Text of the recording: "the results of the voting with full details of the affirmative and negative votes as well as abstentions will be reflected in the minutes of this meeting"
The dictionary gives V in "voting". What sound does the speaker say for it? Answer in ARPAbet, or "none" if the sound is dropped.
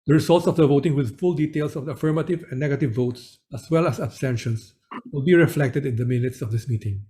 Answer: V